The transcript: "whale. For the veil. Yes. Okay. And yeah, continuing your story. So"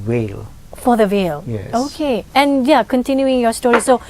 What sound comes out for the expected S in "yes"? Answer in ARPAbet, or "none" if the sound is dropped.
none